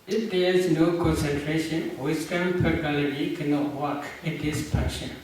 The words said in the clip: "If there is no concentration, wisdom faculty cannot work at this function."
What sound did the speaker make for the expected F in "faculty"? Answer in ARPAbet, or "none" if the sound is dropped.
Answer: P